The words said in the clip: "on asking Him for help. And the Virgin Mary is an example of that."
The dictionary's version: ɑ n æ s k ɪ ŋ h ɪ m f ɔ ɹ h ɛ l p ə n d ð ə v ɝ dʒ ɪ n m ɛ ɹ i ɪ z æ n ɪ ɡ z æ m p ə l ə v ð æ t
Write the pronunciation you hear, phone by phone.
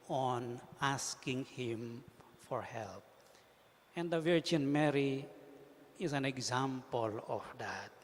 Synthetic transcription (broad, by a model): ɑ n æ s k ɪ ŋ h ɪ m f ɔ ɹ h ɛ l p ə n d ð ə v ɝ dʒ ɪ n m ɛ ɹ i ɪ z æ n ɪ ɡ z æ m p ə l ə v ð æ t